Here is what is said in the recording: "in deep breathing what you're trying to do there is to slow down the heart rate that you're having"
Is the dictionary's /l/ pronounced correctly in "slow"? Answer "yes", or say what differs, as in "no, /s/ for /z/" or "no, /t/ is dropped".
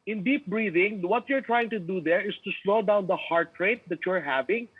yes